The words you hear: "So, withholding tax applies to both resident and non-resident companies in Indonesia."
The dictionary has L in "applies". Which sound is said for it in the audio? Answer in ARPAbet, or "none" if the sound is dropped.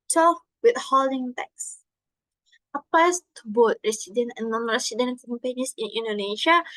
none